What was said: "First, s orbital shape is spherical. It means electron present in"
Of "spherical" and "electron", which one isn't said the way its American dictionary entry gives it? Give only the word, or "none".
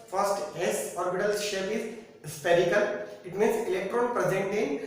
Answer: spherical